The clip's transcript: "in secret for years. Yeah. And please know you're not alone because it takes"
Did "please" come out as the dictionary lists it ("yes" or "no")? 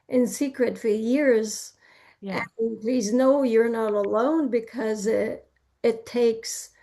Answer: yes